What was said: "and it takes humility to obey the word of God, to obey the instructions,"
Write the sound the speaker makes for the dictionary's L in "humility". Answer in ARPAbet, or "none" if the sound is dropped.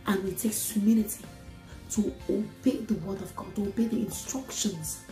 N